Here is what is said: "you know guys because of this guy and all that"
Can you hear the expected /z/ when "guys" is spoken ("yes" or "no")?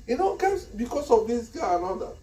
no